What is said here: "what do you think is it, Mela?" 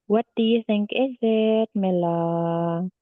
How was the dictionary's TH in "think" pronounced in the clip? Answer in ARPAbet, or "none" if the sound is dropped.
TH